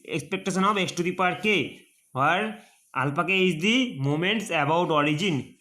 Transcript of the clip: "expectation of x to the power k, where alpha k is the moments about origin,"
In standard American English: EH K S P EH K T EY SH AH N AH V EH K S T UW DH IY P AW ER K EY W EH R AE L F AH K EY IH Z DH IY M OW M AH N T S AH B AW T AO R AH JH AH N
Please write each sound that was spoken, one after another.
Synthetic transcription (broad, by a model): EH K S P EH K T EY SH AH N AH B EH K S T UW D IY P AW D K EY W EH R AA L P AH K EY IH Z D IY M OW M AH N T S AH B AW T AO R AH JH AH N